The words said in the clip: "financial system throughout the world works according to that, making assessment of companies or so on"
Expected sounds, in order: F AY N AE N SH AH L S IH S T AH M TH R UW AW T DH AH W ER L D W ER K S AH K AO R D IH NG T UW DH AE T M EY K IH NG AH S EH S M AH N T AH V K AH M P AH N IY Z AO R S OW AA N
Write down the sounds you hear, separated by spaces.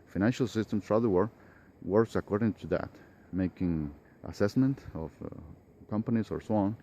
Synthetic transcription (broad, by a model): F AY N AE N SH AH L S IH S T AH M S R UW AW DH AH W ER W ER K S AH K AO R D IH NG T UW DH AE T M EY K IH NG AH S EH S M AH N T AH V K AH M P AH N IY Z AO R S OW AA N